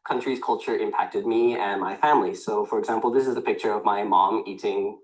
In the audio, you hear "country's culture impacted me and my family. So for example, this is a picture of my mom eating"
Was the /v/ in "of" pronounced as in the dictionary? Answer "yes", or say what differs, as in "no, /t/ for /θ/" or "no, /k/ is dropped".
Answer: yes